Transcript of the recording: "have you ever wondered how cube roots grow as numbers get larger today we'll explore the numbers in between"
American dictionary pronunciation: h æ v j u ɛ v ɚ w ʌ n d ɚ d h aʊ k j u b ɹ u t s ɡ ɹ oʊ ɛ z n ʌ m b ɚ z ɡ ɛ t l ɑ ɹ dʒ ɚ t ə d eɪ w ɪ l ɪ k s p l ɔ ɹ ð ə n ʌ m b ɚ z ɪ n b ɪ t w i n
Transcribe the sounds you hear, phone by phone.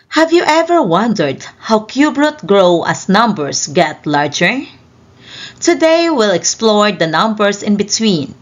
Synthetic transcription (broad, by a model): h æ v j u ɛ v ɚ w ʌ n d ɚ d h aʊ k j u b ɹ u t ɡ ɹ oʊ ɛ s n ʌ m b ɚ s ɡ ɛ t l ɑ ɹ dʒ ɚ t ə d eɪ w ɪ l ɪ k s p l ɔ ɹ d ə n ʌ m b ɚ s ɪ n b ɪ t w i n